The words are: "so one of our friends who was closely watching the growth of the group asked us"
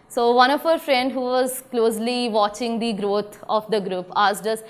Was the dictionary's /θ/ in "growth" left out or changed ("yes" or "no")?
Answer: yes